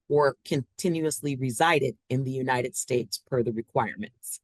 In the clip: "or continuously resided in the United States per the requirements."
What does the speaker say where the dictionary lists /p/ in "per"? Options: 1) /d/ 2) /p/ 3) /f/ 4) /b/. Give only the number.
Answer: 3